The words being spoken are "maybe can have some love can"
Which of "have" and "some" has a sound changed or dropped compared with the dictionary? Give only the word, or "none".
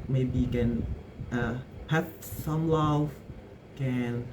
have